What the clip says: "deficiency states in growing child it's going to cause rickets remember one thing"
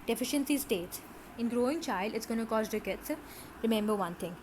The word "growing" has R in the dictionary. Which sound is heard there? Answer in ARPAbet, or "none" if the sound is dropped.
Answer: R